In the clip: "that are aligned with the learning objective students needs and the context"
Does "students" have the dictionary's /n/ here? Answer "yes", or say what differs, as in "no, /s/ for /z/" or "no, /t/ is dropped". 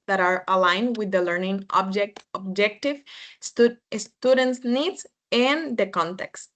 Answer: yes